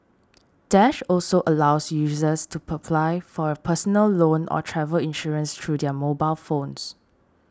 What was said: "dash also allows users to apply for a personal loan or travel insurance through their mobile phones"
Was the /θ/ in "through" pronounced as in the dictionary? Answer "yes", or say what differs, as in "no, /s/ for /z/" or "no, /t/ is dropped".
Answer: no, /t/ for /θ/